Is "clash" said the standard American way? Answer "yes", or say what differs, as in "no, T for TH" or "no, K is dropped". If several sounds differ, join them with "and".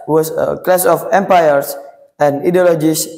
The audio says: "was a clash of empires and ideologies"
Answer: no, S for SH